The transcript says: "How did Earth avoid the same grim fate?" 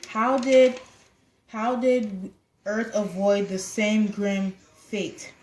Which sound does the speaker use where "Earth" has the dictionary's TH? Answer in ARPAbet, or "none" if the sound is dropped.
TH